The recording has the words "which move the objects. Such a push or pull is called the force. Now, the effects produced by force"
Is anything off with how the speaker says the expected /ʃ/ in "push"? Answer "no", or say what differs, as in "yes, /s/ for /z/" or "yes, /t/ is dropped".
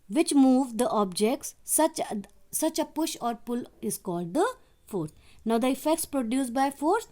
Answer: no